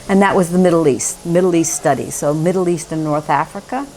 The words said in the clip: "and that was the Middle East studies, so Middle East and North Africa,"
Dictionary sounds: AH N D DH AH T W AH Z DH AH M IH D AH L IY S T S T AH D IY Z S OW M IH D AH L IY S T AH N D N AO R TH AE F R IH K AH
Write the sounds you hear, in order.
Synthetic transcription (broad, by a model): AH N DH AH T W AH Z DH AH M IH D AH L IY S T S T AH D IY S OW M IH D L IY S T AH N N AO R TH AE F R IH K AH